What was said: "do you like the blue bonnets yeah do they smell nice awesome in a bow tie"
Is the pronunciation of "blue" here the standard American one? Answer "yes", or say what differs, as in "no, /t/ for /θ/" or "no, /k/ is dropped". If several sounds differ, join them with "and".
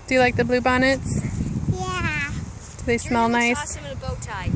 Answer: yes